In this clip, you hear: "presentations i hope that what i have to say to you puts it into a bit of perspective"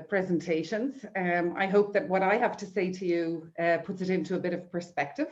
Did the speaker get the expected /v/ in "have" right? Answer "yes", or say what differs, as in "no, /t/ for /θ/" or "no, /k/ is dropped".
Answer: no, /f/ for /v/